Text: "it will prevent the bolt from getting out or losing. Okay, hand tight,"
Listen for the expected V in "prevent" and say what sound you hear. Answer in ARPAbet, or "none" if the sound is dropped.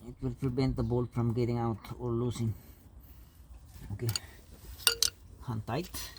B